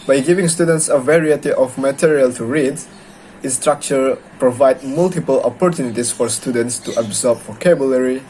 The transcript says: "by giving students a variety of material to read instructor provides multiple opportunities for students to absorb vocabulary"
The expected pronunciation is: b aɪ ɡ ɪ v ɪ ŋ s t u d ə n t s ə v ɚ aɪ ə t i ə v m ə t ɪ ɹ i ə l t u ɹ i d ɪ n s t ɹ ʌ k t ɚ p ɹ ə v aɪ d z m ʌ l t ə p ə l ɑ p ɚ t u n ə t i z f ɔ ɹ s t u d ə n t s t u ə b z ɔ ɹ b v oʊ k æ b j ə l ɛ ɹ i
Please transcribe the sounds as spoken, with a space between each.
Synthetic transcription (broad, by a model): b aɪ ɡ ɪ v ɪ ŋ s t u d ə n t s ə v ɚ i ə t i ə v m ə t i ɹ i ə l t u ɹ i d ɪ s t ɹ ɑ k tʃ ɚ p ɹ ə v aɪ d m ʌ l t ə p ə l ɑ p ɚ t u n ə t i s f ɔ ɹ s t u d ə n t s t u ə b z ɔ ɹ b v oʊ k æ b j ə l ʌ ɹ i